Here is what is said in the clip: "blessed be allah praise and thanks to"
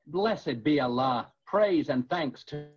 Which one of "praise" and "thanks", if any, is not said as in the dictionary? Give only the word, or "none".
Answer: none